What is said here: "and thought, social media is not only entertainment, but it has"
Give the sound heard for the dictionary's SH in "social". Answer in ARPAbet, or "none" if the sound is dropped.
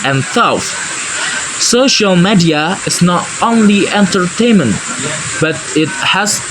SH